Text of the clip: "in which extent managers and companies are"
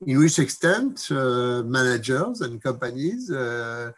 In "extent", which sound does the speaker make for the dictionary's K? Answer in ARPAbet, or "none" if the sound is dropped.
K